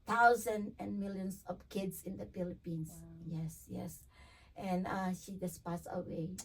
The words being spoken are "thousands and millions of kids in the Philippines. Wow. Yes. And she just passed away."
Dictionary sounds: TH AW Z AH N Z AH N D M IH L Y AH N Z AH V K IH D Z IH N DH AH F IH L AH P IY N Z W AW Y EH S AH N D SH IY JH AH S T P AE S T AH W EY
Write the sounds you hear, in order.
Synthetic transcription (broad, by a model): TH AW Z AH N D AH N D M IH L Y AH N S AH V K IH D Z IH N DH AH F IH L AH P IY N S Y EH Y EH S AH N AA SH IY JH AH S P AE S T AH W EY